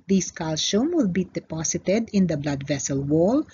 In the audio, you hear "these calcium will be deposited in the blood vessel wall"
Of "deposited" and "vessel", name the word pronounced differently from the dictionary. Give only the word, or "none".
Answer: deposited